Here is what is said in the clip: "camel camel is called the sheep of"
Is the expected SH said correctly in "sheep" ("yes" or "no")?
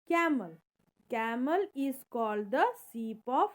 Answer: no